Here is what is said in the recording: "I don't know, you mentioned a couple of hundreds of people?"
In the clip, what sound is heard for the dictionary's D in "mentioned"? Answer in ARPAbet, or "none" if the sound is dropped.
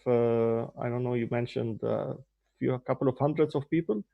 D